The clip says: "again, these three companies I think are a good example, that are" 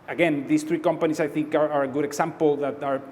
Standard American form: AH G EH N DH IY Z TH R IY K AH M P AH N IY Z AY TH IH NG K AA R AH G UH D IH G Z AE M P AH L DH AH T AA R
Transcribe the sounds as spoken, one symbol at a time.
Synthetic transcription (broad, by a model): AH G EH N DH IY S TH R IY K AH M P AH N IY S AY TH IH NG K AA R AH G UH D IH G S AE M P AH L DH AH T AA R